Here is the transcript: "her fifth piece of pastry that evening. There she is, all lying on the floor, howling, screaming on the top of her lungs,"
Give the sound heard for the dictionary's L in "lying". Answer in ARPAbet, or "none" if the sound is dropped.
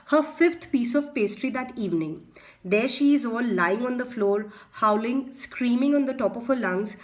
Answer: L